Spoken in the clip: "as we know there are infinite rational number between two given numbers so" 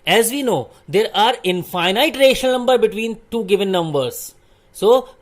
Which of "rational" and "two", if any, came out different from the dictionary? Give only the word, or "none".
rational